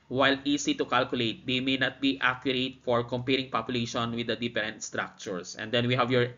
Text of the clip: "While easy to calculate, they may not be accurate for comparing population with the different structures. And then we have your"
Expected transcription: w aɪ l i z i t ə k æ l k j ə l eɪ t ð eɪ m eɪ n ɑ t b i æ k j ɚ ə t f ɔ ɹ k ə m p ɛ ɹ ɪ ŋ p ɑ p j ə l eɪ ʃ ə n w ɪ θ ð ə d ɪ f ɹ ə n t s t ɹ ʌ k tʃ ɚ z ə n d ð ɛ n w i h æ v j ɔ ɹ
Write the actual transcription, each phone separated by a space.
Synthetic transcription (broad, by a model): w aɪ l i s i t ə k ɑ l k j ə l eɪ t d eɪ m eɪ n ɑ t b i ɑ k j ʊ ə t f ɔ ɹ k ə m p ɛ ɹ ɪ ŋ p ɑ p j ə l eɪ ʃ ə n w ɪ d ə d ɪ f ɹ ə n t s t ɹ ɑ k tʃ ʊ s ə n d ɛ n w i h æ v j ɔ ɹ